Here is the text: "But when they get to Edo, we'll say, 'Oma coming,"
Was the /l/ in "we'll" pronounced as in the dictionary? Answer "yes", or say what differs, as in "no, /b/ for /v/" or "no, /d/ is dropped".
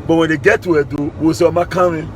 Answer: no, /w/ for /l/